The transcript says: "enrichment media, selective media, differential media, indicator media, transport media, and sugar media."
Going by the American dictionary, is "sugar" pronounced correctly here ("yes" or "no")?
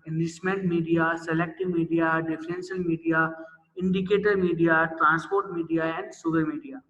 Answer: no